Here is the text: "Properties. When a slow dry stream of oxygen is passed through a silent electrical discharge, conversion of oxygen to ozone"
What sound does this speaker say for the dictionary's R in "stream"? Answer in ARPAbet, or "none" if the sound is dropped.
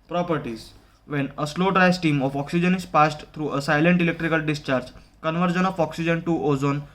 none